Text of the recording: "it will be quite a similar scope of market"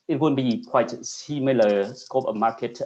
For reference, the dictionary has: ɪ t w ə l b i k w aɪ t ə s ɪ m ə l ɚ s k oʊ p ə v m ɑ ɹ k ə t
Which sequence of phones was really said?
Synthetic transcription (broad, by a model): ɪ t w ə n b i k w aɪ t s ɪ m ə l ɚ s k oʊ p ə m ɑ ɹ k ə t